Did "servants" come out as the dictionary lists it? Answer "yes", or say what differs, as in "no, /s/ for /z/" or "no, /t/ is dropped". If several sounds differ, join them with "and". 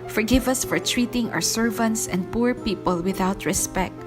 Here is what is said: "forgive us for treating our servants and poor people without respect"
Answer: yes